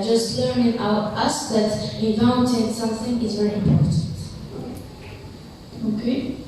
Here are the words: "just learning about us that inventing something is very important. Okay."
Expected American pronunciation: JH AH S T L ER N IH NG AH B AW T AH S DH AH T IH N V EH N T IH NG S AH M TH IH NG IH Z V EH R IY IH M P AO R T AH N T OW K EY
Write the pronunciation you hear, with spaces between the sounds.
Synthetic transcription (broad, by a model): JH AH S T L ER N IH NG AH UH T AH S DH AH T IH V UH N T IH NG S AH M TH IH NG IH Z V EH R IY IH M P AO R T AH N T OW K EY